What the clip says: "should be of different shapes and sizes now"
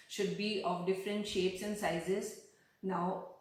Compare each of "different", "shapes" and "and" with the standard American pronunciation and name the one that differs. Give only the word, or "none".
none